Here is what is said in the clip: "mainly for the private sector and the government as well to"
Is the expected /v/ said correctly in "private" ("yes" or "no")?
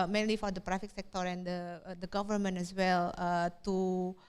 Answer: no